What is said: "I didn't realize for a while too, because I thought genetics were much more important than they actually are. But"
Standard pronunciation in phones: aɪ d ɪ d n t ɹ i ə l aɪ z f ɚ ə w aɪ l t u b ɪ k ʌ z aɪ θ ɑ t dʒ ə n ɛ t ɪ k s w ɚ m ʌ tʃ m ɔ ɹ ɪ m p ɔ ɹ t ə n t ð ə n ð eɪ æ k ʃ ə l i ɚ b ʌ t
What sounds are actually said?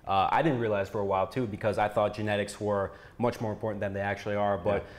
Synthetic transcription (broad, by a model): aɪ d ɪ d n t ɹ i ə l aɪ z f ɚ ə w aɪ l t u b ɪ k ʌ z aɪ θ ɑ t dʒ ə n ɛ t ɪ k s w ɚ m ʌ tʃ m ɔ ɹ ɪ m p ɔ ɹ t n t ð ə n ð eɪ æ k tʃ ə l i ɚ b ʌ t